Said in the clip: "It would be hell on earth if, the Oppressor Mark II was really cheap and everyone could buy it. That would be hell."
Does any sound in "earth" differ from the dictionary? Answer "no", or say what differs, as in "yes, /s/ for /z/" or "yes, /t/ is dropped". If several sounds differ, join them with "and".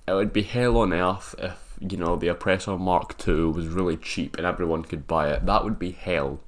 no